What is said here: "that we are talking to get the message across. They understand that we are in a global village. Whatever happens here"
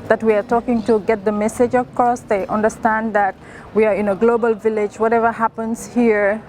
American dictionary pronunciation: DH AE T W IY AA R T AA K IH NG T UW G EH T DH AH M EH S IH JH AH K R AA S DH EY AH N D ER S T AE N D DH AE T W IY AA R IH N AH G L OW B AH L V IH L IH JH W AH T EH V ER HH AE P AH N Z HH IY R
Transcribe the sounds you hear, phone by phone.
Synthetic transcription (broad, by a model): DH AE T W IY AA R T AA K IH NG T UW G EH T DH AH M EH S IH JH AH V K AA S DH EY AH N D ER S T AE N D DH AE T W IY AA R IH N AH G L OW B AH L V IH L IH JH W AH T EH V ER HH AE P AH N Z HH IY R